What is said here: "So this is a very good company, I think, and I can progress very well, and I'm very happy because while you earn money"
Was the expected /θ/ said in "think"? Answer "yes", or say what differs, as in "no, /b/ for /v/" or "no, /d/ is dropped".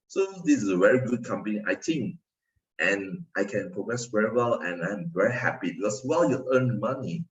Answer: no, /t/ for /θ/